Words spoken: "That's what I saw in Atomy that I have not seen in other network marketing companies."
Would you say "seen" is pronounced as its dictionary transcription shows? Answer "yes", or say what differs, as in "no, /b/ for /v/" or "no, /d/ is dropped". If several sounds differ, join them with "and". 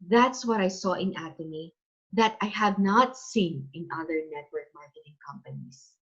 yes